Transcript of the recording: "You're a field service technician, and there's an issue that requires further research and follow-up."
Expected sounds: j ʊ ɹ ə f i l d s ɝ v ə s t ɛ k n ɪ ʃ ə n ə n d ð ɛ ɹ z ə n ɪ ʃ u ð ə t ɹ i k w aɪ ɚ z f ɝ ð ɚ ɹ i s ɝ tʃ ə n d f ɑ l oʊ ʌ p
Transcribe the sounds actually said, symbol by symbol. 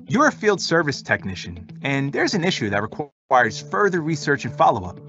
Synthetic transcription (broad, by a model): j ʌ ɹ ə f i l d s ɝ v ə s t ɛ k n ɪ ʃ ə n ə n ð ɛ ɹ z ə n ɪ ʃ u ð ə t ɹ i k w aɪ ɚ z f ɝ ð ɚ ɹ i s ɝ tʃ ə n f ɑ l oʊ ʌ p